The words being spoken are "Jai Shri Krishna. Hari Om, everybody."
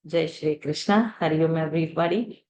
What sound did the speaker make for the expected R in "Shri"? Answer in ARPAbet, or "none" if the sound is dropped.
R